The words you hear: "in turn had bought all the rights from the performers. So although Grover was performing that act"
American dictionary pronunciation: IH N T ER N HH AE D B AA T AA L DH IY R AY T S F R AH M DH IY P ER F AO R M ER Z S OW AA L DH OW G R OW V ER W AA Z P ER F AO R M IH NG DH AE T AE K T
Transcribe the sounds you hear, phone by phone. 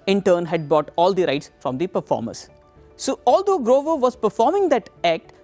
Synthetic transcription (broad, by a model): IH N T ER N HH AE D B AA T AA L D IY R AY T S F R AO M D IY P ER F AO R M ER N S OW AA L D OW G R OW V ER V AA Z P ER F AO R M IH NG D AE T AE K T